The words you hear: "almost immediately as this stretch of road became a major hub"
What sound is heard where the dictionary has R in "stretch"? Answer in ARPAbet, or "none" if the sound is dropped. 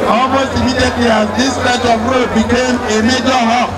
none